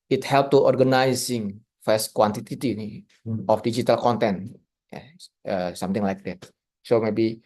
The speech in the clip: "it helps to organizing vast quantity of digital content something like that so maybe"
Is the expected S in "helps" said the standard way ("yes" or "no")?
no